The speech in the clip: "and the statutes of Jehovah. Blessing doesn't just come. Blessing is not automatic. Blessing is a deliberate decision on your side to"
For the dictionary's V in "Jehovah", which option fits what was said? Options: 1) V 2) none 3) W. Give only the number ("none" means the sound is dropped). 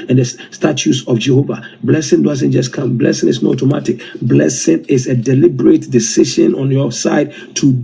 1